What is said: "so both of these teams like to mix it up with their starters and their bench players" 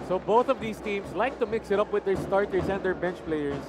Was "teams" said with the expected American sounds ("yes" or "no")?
no